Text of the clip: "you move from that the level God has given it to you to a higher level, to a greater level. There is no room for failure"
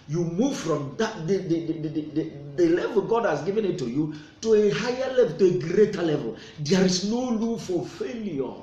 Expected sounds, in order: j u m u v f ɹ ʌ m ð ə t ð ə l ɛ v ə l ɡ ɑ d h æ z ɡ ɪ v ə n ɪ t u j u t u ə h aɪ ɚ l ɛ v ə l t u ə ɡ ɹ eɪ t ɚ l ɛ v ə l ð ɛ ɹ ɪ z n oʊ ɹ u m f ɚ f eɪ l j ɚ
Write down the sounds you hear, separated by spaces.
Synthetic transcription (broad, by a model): j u m u v f ɹ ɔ m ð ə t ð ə l ɛ v ə l ɡ ɑ d h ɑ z ɡ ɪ v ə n ɪ t u j u t u ə h aɪ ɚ l ɛ v ə l t u ə ɡ ɹ eɪ t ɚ l ɛ v ə l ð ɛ ɹ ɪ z n oʊ l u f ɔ f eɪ l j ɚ